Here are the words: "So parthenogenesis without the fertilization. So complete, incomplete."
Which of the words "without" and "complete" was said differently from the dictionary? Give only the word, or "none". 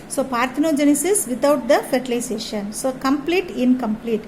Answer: without